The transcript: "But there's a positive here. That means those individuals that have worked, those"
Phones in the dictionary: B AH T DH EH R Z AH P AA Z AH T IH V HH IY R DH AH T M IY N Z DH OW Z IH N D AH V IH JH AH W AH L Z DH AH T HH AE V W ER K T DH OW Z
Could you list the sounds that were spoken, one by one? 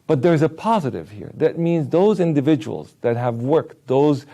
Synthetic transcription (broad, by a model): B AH T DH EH R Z AH P AA Z AH T IH V HH IY R DH AH T M IY N Z DH OW Z IH N D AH V IH JH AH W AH L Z DH AH T HH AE V W ER K T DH OW Z